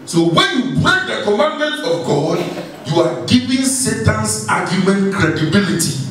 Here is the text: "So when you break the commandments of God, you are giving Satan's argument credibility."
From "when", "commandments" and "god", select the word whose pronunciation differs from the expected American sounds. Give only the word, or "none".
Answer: commandments